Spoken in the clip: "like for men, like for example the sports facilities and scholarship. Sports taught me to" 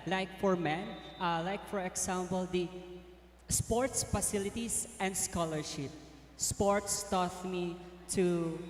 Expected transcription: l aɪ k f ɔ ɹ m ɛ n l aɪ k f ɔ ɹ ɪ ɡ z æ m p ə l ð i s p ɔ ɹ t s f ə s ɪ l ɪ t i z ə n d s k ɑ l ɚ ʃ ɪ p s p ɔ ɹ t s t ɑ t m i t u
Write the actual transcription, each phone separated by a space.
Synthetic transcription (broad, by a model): l aɪ k f ɔ ɹ m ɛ n l aɪ k f ɔ ɹ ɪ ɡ s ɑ m p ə l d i s p ɔ ɹ t s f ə s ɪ l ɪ t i s ə n d s k ɑ l ɚ ʃ ɪ p s p ɔ ɹ t s t ɑ t m i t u